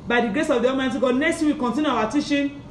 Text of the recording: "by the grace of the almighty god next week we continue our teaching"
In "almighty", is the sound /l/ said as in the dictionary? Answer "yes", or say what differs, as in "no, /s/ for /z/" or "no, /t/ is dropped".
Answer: no, /l/ is dropped